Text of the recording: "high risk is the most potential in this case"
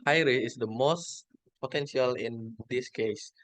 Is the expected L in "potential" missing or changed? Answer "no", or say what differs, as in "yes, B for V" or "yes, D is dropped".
no